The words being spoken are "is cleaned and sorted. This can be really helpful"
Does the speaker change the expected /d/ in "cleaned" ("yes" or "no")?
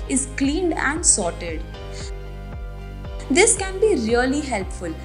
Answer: no